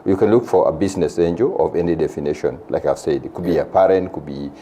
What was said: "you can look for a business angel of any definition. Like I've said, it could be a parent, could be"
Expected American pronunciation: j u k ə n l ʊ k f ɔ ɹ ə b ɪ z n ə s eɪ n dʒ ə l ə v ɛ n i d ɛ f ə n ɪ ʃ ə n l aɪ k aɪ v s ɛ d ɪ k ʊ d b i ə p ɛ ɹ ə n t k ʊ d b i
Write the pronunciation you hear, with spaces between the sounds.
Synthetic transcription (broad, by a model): j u k ə n l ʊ k f ɔ ɹ ə b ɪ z n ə s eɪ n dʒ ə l ə v ɛ n i d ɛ f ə n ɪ ʃ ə n l aɪ k aɪ v s ɛ d k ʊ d b i ə p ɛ ɹ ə n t k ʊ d b i